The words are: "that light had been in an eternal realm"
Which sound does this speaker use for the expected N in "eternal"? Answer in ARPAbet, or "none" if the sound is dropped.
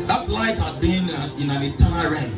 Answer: none